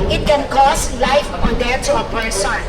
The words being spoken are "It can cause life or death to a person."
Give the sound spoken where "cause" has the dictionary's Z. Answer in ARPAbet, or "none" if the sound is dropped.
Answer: S